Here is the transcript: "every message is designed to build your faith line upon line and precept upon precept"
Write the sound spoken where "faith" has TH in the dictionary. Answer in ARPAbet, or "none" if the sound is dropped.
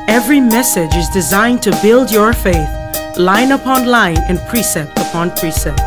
TH